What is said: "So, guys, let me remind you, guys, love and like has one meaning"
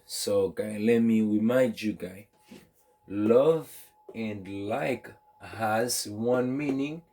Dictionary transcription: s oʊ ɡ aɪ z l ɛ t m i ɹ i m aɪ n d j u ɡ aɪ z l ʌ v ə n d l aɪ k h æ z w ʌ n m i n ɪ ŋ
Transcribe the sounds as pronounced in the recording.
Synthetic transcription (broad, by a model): s oʊ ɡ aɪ l ɛ t m i w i m aɪ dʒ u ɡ aɪ l ʌ v ə n d l aɪ k h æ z w ʌ n m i n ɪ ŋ